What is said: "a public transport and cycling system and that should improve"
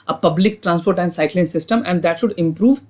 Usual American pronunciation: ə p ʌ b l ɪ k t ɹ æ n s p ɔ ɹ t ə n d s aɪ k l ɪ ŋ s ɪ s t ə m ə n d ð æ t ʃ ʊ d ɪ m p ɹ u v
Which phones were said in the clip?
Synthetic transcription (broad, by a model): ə p ʌ b l ɪ k t ɹ æ n s p ɔ ɹ t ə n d s aɪ k l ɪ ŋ s ɪ s t ə m ə n d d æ t ʃ ʊ d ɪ m p ɹ u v